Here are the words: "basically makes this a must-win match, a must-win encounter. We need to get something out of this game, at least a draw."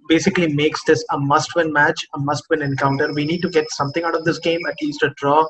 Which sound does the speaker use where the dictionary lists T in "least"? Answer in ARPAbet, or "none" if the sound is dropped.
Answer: T